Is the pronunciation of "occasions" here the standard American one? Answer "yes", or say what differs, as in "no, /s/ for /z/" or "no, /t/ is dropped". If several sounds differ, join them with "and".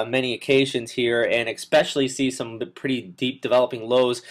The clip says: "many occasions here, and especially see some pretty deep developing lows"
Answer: yes